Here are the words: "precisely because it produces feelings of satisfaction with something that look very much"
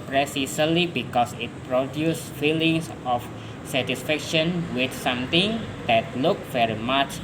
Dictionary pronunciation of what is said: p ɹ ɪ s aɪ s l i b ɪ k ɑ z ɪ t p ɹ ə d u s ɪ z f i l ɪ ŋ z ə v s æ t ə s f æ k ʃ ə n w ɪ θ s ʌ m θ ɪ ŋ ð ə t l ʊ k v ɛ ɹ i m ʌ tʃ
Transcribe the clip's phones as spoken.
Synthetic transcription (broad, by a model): p ɹ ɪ s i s l i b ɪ k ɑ s ɪ t p ɹ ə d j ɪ s f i l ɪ ŋ s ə f s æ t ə s f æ k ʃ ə n w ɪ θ s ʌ m t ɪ ŋ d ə t l ʊ k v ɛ ɹ i m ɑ tʃ